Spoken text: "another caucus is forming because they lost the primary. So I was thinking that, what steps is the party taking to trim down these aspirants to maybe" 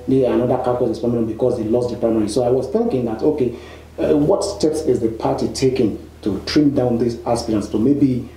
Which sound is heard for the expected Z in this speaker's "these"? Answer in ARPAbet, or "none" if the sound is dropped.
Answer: S